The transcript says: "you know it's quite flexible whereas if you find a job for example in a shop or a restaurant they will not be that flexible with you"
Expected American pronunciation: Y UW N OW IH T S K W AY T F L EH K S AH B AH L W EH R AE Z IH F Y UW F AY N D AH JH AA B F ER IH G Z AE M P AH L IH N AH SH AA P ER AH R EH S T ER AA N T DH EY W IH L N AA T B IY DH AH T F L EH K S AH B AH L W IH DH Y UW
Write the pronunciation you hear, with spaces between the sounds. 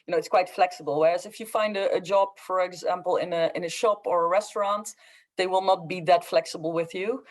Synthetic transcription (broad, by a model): Y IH N OW IH T S K W AY T F L EH K S AH B AH L W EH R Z IH F Y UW F AY N D AH JH AA B F ER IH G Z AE M P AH N IH N AH SH AA P ER AH R EH S T ER AA N T DH EY W IH L N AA T B IY DH AH T F L EH K S AH B AH L W IH DH Y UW